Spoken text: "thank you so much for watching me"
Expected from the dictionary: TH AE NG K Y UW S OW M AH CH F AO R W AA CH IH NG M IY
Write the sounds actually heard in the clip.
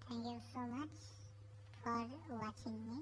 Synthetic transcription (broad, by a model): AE NG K Y UW S OW M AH CH F AO R W AA CH IH NG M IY